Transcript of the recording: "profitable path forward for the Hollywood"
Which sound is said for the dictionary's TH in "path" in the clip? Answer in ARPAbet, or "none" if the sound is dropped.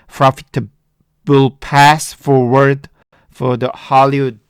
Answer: S